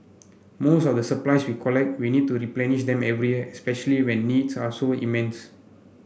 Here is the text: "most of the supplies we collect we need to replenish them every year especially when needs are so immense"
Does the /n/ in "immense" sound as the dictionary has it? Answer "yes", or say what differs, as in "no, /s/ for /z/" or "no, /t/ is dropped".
yes